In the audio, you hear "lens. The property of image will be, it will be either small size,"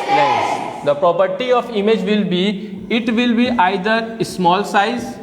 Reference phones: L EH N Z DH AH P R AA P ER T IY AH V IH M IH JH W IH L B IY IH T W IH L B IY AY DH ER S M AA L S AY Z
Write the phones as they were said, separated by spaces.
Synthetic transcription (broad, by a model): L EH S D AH P R AA P ER T IY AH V IH M IH JH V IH L B IY IH T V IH L B IY AY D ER S M AA L S AY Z